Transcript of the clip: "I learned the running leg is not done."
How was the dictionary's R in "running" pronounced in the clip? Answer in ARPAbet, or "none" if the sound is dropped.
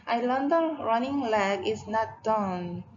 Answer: R